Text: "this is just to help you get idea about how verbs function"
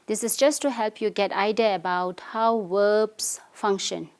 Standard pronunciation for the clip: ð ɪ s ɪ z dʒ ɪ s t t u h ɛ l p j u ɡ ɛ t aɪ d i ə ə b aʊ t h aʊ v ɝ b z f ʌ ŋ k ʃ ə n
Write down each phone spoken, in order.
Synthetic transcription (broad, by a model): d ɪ s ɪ s dʒ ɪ s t t u h ɛ l p j u ɡ ɛ t aɪ d i ə ə b aʊ t h aʊ w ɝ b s f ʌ ŋ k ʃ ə n